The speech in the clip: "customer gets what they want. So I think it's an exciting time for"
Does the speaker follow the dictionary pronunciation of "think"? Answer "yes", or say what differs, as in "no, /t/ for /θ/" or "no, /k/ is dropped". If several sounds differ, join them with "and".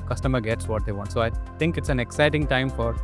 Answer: no, /t/ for /θ/